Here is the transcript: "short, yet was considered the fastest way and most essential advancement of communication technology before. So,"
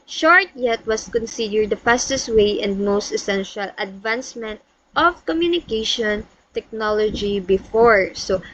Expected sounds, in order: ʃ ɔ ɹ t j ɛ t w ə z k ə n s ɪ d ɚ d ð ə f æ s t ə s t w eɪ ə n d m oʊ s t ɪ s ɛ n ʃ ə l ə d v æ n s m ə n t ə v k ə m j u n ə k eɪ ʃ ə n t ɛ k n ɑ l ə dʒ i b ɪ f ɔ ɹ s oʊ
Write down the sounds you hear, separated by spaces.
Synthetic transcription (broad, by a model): ʃ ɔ ɹ t j ɛ t w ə s k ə n s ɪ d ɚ d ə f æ s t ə s w eɪ ə n d m oʊ s t ɪ s ɛ n ʃ ə l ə d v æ n s m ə n t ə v k ə m j u n ə k eɪ ʃ ə n t ɛ k n ɑ l ə dʒ i b ɪ f ɔ ɹ s oʊ